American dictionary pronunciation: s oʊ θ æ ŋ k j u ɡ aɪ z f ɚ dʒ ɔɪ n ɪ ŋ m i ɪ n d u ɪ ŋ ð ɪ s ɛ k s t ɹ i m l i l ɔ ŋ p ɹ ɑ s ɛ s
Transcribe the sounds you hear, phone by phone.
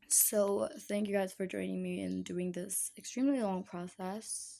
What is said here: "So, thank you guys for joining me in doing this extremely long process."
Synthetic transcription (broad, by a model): s oʊ θ æ ŋ k j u ɡ aɪ z f ɚ dʒ ɔɪ n ɪ ŋ m i ɪ n d u ɪ ŋ ð ɪ s ɛ k s t ɹ i m l i l ɔ ŋ p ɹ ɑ s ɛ s